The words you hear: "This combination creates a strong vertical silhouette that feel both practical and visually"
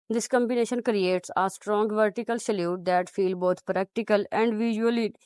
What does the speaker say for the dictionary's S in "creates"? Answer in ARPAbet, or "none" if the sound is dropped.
S